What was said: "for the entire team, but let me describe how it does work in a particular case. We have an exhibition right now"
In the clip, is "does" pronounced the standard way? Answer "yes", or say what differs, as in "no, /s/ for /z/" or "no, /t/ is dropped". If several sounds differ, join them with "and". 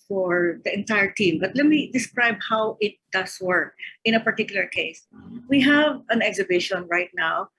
no, /s/ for /z/